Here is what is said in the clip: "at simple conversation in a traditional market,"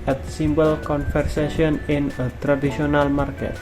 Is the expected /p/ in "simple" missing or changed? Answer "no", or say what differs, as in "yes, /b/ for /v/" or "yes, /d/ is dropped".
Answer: yes, /b/ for /p/